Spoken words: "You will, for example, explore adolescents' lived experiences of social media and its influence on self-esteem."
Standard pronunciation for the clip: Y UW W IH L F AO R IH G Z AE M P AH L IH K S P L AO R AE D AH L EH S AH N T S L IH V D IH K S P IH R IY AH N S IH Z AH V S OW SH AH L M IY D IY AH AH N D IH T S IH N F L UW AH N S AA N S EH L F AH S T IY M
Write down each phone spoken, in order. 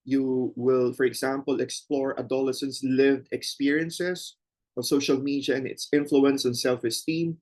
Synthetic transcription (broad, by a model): Y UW W IH L F AO R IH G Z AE M P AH L IH K S P L AO R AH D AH L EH S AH N S L IH V D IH K S P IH R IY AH N S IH S AH V S OW SH AH L M IY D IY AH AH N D IH T S IH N F L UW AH N S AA N S EH L F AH S T IY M